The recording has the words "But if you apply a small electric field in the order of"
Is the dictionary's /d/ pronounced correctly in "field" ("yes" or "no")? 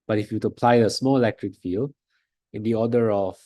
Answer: no